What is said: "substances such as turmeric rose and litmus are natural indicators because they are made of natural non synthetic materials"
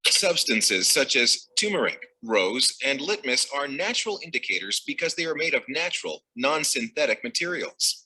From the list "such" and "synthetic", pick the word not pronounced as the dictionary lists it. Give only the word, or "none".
none